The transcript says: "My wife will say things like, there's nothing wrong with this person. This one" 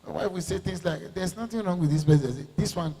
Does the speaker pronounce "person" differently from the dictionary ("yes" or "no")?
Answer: yes